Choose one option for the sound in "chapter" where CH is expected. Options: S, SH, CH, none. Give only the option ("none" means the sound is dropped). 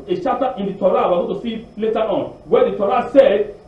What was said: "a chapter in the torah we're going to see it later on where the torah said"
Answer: SH